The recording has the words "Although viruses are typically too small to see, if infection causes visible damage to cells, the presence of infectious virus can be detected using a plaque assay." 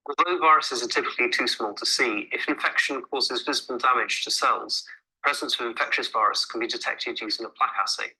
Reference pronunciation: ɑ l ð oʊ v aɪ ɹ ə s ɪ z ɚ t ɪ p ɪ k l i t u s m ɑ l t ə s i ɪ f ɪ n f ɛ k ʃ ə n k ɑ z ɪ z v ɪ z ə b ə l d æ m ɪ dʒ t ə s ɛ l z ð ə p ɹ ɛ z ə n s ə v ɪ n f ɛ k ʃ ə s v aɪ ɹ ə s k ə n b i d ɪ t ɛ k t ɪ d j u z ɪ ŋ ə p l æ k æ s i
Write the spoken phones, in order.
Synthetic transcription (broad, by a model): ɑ l ð oʊ v aɪ ɹ ə s ɪ z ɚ t ɪ p ɪ k l i t u s m ɑ l t ə s i ɪ f ɪ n f ɛ k ʃ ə n k ɑ z ɪ z v ɪ z ə b ə l d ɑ m ɪ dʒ t ə s ɛ l z p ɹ ɛ z ə n s ə v ɪ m f ɛ k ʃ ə s v aɪ ɹ ə s k ə n b i d ɪ t ɛ k t ɪ d j u z ɪ ŋ ə p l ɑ k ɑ s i